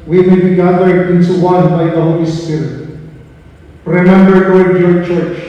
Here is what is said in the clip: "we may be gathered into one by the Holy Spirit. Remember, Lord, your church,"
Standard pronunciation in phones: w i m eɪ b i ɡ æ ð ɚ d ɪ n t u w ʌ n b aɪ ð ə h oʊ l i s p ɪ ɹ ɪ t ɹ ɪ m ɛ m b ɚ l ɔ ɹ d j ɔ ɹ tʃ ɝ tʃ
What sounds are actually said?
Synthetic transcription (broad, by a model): w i m eɪ b i ɡ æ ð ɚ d ɪ n t u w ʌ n b aɪ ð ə h oʊ l i s p ɪ ɹ ɪ t ɹ ɪ m ɛ m b ɚ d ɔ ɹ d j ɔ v tʃ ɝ tʃ